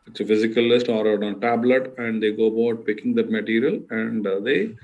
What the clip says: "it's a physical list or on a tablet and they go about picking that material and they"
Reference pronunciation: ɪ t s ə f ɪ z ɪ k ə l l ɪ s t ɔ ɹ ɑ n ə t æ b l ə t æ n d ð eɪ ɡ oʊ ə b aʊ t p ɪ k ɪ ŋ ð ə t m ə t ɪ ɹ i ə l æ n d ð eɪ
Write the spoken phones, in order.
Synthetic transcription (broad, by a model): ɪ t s ə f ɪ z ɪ k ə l l ɪ s t ɔ ɹ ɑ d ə t æ b l ə t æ n d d eɪ ɡ oʊ ə b aʊ t p ɪ k ɪ ŋ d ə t m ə t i ɹ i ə l æ n d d eɪ